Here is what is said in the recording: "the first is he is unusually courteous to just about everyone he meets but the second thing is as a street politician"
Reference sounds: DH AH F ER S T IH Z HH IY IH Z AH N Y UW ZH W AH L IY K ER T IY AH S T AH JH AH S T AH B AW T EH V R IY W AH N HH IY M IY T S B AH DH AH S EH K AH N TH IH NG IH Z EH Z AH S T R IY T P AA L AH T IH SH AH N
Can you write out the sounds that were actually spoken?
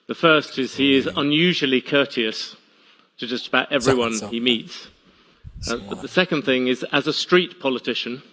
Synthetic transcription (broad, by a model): DH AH F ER S T IH Z HH IY IH Z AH N Y UW ZH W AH L IY K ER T IY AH S T AH JH AH S T AH B AW T EH V R IY W AH N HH IY M IY T S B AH DH AH S EH K AH N TH IH NG IH Z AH Z AH S T R IY T P AA L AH T IH SH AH N